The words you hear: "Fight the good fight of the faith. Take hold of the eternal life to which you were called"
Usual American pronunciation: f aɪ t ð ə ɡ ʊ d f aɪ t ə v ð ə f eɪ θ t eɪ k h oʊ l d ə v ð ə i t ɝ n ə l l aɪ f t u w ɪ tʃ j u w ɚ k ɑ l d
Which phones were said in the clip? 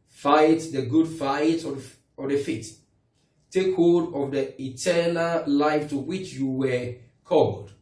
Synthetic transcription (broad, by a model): f aɪ t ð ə ɡ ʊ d f aɪ t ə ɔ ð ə f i t t eɪ k h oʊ d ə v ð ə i t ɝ n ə l l aɪ f t u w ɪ tʃ j u w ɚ k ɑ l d